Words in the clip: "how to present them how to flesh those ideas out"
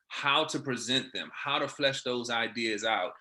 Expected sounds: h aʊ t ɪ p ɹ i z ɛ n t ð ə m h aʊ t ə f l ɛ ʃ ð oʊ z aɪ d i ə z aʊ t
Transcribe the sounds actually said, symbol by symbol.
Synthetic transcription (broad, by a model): h aʊ t ɪ p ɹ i z ɛ n ð ə m h aʊ t ə f l ɛ ʃ ð oʊ z aɪ d i ə z aʊ t